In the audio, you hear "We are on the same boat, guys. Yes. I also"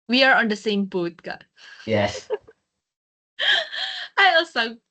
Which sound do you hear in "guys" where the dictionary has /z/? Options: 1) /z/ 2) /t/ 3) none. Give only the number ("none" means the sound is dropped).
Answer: 3